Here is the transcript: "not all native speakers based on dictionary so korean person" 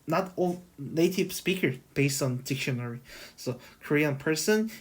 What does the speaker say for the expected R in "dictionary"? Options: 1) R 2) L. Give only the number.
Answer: 1